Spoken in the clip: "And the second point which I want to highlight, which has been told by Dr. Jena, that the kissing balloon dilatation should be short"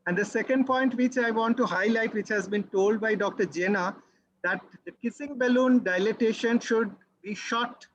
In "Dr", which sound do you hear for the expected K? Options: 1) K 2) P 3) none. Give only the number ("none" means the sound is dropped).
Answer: 1